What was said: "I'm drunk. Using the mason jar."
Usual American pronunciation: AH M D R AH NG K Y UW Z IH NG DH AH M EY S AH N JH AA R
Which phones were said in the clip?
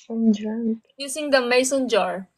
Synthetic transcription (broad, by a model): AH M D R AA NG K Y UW S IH NG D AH M EY S AH N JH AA R